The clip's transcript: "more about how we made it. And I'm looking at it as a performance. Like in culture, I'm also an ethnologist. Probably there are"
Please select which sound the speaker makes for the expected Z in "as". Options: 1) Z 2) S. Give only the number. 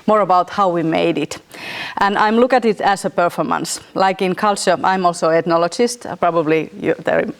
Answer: 2